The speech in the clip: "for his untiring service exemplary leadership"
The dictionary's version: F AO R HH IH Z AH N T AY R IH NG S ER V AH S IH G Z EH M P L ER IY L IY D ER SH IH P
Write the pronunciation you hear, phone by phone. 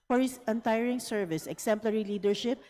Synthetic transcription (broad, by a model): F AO R HH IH S AH N T AY R IH NG S ER V AH S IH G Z EH M P L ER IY L IY D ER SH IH P